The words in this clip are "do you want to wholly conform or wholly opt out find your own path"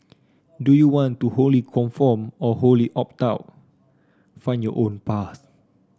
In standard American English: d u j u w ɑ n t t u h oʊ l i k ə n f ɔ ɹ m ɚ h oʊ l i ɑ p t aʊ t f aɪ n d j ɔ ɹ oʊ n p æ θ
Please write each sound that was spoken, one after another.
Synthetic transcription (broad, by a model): d u j u w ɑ n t t u h oʊ l i k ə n f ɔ m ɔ h oʊ l i ɑ p t aʊ t f aɪ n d j ɔ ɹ oʊ n p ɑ s